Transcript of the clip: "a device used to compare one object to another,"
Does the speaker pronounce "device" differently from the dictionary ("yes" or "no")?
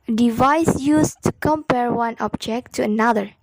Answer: no